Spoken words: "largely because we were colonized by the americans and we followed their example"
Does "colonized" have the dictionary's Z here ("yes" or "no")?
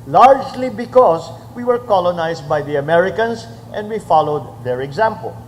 no